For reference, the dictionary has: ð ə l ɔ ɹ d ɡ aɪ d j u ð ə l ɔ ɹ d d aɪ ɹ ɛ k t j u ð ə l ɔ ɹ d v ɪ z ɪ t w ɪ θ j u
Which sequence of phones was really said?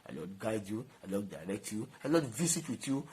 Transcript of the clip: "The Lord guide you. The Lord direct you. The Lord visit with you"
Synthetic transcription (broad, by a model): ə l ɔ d ɡ aɪ d j u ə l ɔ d d aɪ ɹ ɛ k t j u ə l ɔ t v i s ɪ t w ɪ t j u